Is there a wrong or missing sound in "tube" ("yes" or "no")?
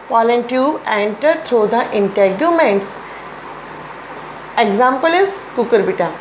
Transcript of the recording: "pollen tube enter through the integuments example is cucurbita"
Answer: yes